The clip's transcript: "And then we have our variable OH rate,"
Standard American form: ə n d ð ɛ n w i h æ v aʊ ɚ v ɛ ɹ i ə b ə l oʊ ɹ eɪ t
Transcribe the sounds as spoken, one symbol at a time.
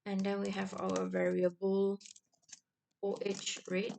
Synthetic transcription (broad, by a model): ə n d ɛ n w i h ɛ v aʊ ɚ v ɛ ɹ i ə b ə l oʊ ɹ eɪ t